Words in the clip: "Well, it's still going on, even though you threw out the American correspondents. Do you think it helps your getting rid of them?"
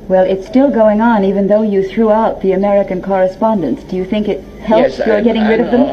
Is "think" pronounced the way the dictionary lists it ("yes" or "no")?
yes